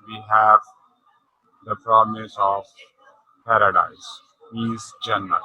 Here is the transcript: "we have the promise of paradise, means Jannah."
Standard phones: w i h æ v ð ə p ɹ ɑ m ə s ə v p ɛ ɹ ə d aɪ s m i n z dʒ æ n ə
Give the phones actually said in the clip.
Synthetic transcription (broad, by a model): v i h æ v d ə p ɹ ɑ m ə s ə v p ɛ ɹ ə d aɪ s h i z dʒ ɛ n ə